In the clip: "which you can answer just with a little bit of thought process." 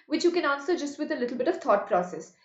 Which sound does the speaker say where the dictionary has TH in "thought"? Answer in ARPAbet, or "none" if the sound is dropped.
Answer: T